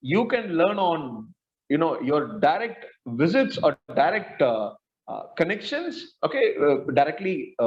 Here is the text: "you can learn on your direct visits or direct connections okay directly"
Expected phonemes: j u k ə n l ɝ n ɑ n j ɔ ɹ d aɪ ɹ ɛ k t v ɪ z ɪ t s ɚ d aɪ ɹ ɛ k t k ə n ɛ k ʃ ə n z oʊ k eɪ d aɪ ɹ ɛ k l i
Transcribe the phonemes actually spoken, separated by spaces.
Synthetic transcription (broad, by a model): j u k ə n l ɝ n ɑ n j ɔ ɹ d aɪ ɹ ɛ k t v ɪ z ɪ t s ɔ d aɪ ɹ ɛ k t k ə n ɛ k ʃ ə n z oʊ k eɪ d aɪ ɹ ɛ k l i